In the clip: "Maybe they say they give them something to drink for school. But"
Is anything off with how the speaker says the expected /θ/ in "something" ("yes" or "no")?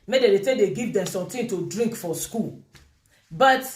yes